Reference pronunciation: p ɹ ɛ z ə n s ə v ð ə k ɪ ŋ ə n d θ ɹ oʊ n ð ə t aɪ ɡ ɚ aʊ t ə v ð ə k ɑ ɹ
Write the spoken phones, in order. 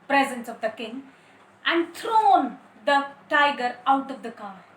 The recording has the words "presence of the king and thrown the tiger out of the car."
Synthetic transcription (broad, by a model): p ɹ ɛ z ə n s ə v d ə k ɪ ŋ ə n d t ɹ oʊ n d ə t aɪ ɡ ɚ aʊ t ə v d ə k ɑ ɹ